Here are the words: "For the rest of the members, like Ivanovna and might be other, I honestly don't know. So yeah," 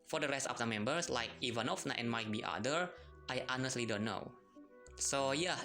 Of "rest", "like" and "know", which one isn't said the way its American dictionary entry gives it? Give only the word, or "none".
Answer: none